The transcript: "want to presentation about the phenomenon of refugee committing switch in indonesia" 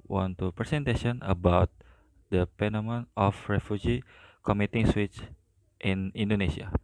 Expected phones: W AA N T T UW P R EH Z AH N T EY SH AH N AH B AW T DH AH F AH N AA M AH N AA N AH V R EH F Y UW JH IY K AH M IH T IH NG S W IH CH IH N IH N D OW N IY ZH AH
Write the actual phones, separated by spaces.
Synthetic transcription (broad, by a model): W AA N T T UW P R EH S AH N T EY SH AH N AH B AW T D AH P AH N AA M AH N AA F R EH F Y UW JH IY K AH M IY T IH NG S W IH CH IH N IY N D OW N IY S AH